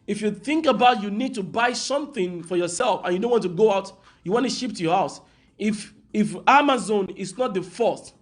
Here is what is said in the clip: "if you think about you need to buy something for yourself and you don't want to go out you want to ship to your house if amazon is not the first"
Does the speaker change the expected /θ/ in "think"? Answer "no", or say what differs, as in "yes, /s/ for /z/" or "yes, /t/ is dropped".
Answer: no